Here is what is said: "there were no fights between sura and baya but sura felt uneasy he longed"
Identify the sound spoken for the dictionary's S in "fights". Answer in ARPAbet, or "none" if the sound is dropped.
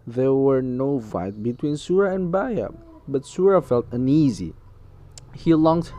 none